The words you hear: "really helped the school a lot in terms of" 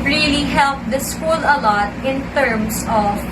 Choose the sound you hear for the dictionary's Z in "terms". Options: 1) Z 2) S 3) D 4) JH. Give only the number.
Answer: 2